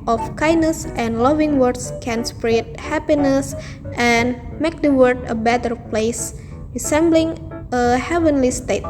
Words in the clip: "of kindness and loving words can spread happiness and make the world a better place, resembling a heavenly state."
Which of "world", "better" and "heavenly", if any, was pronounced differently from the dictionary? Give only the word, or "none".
world